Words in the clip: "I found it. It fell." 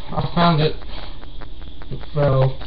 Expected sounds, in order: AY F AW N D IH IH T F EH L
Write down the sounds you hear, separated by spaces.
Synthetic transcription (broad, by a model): AY F AW N D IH IH T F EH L